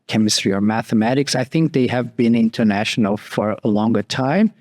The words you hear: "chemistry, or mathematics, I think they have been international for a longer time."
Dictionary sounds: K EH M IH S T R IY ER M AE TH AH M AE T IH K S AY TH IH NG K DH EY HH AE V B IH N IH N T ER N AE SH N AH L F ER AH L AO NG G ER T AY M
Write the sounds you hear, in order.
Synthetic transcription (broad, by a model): K EH M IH S T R IY ER M AE TH AH M AE T IH K S AY TH IH NG K DH EY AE V B IH N IH N T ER N AE SH N L F ER AH L AO NG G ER T AY M